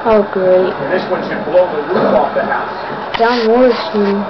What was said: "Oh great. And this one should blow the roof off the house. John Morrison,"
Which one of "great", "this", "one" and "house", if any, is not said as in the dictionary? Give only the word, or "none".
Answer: great